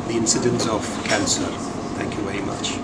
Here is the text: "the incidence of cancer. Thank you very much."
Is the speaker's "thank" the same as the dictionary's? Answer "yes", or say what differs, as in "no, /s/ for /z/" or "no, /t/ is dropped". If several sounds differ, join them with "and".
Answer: yes